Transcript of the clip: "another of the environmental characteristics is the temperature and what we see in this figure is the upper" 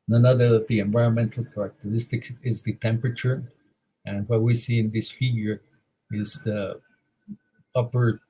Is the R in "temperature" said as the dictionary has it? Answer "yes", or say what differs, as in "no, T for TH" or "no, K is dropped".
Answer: yes